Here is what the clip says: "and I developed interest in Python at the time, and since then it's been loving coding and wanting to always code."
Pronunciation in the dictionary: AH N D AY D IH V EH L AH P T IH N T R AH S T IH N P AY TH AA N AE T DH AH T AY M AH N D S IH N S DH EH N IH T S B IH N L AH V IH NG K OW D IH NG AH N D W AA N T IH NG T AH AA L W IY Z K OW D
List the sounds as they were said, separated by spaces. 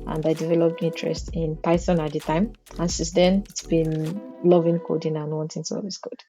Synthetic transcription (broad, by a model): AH N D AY D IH V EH L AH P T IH N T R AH S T IH N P AY S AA N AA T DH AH T AY M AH N S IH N S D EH N IH T S B IH N L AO V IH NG K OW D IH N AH N W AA N T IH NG S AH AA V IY S K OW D